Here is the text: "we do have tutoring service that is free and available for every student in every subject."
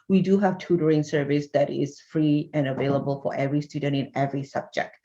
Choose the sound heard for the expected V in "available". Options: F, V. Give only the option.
V